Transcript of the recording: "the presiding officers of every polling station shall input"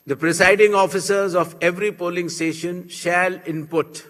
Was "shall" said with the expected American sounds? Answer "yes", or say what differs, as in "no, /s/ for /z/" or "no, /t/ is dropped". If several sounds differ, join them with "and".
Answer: yes